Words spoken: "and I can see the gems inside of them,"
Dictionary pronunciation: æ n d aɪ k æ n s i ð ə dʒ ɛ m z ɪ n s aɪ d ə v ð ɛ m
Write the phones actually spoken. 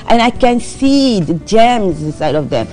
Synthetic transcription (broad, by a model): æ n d aɪ k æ n s i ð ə dʒ ɛ m z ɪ s aɪ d ə v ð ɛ m